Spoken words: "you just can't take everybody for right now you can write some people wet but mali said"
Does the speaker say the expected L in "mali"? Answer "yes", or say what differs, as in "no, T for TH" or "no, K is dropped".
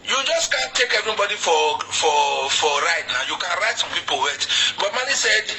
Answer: no, N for L